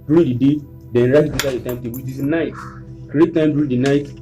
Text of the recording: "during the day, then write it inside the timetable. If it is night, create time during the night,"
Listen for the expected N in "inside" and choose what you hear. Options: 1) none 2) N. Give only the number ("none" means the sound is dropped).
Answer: 1